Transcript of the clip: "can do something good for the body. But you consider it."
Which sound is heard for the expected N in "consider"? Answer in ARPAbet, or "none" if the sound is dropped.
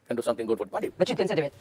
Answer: N